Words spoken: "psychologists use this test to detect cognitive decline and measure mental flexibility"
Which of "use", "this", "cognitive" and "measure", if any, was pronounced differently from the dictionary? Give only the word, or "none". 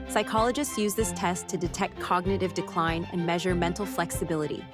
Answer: none